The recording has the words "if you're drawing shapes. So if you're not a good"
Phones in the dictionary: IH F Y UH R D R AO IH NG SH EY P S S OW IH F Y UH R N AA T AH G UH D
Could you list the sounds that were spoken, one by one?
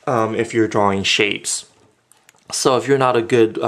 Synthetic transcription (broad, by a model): IH F Y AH R D R AO IH NG SH EY P S S OW IH F Y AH R N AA T AH G UH D